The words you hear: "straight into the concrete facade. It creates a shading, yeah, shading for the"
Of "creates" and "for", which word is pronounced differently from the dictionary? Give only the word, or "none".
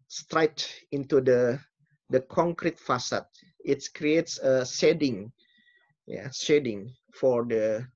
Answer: none